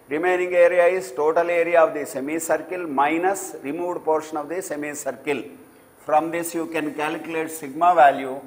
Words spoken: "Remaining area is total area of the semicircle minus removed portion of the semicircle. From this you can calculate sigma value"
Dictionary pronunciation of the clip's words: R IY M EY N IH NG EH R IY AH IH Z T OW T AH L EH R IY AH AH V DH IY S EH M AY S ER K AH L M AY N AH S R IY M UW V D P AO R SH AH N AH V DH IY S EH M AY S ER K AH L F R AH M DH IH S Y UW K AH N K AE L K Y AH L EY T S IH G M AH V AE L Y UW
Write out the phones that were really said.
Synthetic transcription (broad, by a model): R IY M EY N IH NG EH R IY AH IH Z T OW T AH L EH R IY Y AH V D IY S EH M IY S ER K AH L M AY N AH S R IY M UW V D P AO R SH AH N AH V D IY S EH M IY S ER K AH L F R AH M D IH S Y UW K AH N K AE L K Y AH L EY T S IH G M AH V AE L Y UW